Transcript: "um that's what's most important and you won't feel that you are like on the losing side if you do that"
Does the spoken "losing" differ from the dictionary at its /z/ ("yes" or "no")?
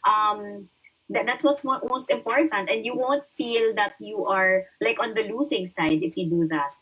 yes